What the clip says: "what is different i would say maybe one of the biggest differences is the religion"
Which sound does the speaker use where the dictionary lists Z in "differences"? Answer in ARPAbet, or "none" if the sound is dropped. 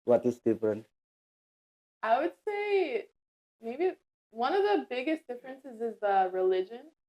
Z